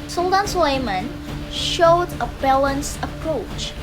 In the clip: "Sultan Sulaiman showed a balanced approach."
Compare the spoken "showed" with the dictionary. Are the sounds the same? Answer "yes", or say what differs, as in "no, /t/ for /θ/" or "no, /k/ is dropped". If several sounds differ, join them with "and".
yes